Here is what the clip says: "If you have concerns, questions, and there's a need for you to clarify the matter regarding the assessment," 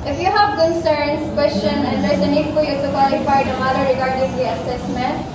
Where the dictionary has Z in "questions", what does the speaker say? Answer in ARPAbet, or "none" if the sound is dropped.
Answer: none